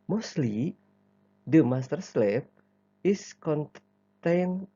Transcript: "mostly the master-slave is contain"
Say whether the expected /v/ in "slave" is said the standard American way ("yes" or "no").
no